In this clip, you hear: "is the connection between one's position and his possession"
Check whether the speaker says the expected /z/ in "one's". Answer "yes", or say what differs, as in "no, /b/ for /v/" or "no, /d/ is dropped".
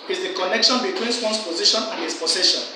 no, /s/ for /z/